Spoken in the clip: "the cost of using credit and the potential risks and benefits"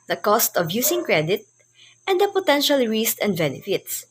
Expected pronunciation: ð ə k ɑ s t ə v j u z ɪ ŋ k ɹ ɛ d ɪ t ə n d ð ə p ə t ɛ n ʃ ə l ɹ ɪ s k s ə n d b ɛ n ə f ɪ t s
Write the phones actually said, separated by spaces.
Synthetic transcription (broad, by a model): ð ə k ɑ s t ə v j u s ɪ ŋ k ɹ ɛ d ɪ t ə n d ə p ə t ɛ n ʃ ə l ɹ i s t ə n d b ɛ n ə f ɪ t s